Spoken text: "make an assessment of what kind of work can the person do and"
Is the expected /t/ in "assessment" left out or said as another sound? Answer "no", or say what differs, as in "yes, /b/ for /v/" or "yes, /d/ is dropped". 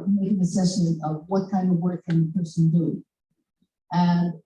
yes, /t/ is dropped